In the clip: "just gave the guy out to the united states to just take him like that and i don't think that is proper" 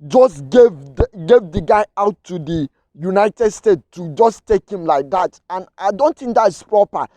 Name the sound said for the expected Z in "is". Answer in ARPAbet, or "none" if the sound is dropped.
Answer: S